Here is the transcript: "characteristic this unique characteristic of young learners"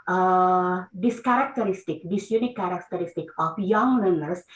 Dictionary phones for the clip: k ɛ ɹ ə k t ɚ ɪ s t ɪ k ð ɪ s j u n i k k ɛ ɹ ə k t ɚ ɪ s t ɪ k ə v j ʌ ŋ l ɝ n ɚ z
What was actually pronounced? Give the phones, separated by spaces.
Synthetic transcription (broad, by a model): k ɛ ɹ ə k t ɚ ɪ s t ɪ k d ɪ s j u n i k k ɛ ɹ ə k t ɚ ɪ s t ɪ k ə p j ʌ ŋ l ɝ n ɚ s